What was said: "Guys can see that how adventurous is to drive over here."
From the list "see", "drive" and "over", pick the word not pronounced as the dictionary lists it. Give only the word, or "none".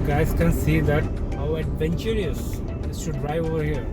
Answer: drive